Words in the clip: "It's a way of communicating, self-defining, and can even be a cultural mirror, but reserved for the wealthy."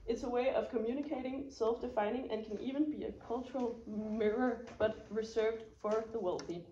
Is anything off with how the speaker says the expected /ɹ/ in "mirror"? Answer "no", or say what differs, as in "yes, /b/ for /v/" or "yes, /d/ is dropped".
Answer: no